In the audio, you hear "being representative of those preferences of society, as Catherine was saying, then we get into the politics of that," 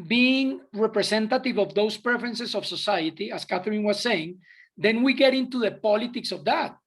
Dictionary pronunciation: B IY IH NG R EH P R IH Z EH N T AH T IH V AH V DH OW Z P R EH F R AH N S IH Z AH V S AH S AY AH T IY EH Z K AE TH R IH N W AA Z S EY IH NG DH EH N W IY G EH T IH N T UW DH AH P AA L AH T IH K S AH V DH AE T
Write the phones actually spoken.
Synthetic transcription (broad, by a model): B IY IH NG R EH P R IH S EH N T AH T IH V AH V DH OW S P R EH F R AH N S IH S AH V S AH S AY AH T IY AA S K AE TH R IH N W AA S EY IH NG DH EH N W IY G EH T IH N T UW DH AH P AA L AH T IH K S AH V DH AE T